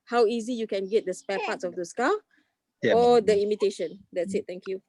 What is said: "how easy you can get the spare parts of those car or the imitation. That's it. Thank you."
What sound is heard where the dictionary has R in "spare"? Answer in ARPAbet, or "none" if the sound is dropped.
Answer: L